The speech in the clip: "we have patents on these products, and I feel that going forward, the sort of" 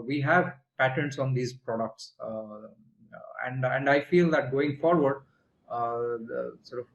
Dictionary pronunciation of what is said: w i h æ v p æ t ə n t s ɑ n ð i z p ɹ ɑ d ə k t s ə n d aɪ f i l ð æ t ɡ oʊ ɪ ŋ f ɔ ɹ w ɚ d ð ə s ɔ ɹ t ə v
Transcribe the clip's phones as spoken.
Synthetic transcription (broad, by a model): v i h æ v p æ t ə n t s ɑ n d i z p ɹ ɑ d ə k t s ə n d aɪ f i l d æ t ɡ oʊ ɪ ŋ f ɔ ɹ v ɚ d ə s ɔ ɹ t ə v